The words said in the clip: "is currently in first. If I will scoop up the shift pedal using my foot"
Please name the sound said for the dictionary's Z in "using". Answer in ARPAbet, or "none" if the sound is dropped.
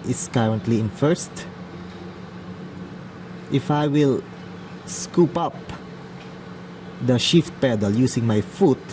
S